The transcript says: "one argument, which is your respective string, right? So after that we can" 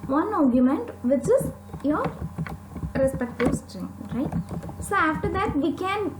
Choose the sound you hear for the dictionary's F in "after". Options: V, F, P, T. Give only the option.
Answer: F